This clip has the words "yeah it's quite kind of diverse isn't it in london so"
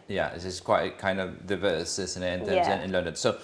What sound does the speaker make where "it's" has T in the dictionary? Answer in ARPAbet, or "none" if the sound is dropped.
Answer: S